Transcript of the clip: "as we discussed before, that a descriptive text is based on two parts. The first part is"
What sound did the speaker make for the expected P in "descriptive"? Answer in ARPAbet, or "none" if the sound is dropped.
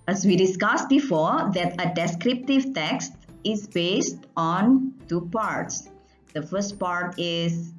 P